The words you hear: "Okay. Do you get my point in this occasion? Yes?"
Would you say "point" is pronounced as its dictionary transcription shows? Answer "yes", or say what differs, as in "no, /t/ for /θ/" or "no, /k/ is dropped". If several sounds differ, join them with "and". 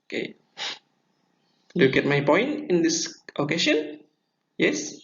yes